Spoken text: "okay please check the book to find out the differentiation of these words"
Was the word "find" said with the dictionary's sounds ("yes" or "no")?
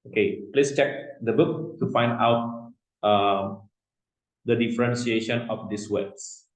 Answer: yes